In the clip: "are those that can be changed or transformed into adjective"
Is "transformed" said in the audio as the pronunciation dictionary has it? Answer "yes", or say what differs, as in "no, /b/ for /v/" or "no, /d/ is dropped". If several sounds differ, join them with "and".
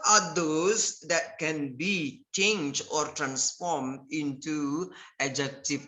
yes